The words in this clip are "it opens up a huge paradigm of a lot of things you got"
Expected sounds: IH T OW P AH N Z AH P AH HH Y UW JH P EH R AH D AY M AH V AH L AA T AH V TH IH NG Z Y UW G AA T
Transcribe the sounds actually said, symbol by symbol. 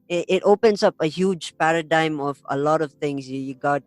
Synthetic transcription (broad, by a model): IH T OW P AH N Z AH P AH HH Y UW JH P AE R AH D AY M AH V AH L AA T AH V T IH NG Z Y UW G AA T